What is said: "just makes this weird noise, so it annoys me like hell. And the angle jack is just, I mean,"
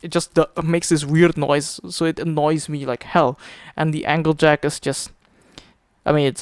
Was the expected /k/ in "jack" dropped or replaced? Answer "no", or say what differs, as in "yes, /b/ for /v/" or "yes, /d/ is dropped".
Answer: no